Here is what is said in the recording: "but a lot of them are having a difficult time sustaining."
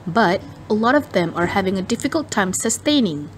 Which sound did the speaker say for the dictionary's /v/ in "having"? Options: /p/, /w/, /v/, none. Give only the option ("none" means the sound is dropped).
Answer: /v/